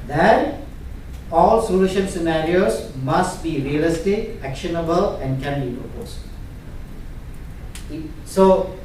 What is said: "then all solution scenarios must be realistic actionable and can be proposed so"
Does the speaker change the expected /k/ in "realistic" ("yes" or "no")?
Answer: yes